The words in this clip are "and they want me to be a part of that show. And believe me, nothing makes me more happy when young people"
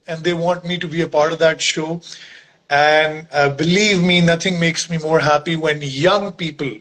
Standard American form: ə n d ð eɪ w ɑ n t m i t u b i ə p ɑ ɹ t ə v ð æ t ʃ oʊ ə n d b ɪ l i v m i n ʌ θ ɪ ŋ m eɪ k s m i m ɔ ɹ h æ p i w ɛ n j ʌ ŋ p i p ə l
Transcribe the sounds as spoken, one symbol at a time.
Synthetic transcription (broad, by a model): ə n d eɪ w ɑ n t m i t u b i ə p ɑ ɹ t ə v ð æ t ʃ oʊ ə n d b ɪ l i v m i n ʌ t ɪ ŋ m eɪ k s m i m ɔ ɹ h æ p i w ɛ n j ʌ ŋ p i p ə l